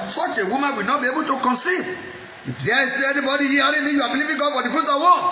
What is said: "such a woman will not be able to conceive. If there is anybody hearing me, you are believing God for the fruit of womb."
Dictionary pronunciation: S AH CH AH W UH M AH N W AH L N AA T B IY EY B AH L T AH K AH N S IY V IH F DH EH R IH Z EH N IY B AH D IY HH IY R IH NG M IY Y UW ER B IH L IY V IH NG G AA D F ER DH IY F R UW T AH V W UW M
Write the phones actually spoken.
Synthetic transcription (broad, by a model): S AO CH AH W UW M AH N W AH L N AA T B IY EY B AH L T AH K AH N S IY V IH F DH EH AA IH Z EH N IY B AH D IY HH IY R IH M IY Y UW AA B IH L IY V IH NG G AA D F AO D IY F R UW T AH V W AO